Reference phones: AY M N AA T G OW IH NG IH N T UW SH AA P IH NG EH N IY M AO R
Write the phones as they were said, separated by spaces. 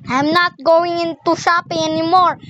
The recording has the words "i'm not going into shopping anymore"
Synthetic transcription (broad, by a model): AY M N AA T G OW IH NG IH N T UW S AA P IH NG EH N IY M AO R